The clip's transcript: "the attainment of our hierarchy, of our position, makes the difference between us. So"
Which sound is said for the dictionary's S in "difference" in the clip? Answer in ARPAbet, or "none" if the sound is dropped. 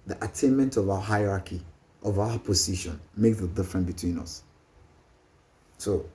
none